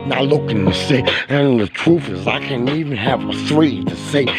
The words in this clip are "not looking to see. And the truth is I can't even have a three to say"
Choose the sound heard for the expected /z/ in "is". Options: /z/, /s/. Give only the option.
/z/